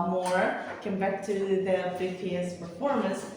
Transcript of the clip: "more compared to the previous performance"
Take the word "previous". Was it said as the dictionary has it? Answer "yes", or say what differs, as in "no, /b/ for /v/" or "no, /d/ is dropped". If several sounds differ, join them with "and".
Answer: no, /f/ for /v/